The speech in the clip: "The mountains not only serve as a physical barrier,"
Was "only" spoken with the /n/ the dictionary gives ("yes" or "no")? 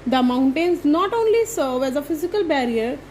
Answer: yes